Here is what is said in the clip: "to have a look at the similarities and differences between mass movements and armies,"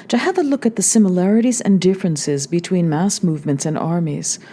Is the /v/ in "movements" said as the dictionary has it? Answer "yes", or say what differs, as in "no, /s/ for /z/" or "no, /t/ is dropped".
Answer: yes